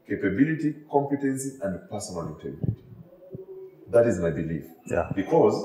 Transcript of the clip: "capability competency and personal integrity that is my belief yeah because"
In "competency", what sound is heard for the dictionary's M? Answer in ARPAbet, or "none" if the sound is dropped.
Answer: M